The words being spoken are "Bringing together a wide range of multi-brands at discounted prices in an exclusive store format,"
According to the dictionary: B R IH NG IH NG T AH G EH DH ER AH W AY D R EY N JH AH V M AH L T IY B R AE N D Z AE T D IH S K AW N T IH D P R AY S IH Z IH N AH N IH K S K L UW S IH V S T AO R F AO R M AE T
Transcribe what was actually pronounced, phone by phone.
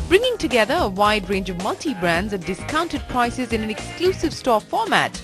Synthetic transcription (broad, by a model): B R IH NG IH NG T AH G EH DH ER AH W AY D R EY N JH AH V M AH L T IY B R AE N D Z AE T D IH S K AW N T IH D P R AY S IH Z IH N AH N IH K S K L UW S IH V S T AO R F AO R M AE T